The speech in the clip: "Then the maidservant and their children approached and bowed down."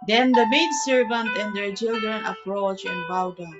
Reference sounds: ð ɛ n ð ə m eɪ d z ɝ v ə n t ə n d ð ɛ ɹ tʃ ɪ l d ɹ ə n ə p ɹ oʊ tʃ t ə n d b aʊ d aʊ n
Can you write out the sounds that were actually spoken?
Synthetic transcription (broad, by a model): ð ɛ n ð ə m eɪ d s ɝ v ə n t ə n d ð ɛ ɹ tʃ ɪ l d ɹ ə n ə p ɹ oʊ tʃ ə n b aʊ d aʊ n